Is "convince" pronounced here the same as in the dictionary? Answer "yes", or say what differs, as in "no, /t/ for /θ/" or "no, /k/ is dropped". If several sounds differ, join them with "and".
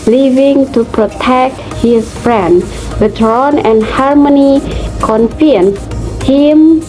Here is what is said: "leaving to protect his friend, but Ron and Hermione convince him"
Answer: no, /f/ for /v/